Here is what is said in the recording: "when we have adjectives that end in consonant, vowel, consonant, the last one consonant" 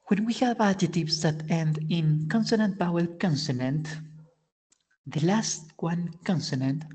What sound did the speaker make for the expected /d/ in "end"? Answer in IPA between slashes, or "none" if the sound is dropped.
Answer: /d/